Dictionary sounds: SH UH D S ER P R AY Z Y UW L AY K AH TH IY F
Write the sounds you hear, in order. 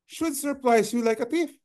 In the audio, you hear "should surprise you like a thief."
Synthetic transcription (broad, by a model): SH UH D S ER P L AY S Y UW L AY K AH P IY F